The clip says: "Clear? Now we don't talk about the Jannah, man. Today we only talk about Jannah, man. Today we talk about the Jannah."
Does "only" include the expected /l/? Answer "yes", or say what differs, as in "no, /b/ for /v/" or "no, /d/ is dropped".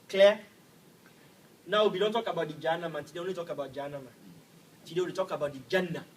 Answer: no, /l/ is dropped